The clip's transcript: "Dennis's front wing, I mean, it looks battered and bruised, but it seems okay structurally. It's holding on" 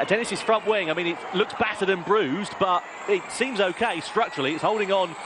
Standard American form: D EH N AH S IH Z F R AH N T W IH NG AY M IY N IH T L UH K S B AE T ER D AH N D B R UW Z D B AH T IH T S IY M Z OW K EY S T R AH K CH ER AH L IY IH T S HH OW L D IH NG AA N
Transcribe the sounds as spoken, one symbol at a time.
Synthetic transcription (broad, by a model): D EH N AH S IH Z F R AH N T W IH NG AY M IY N IH T L UH K S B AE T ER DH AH N B R UW Z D B AH T IH T S IY M Z OW K EY S T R AH K CH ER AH L IY IH T S HH OW L D IH NG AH N